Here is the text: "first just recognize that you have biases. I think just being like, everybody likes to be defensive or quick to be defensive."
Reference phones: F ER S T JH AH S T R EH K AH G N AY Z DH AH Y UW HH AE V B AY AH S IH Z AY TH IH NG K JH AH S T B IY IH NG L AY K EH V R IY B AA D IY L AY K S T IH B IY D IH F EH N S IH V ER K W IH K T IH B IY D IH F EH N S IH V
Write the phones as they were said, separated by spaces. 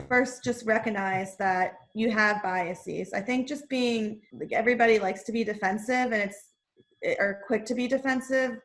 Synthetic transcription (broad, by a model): F ER S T JH AH S T R EH K AH G N AY Z DH AH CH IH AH V B AY AH S IH Z AY TH IH NG K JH AH S B IY IH NG L AY K EH V R IY B AA D IY L AY K S T IH B IY D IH F EH N S IH V ER K W IH K T IH B IY D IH F EH N S IH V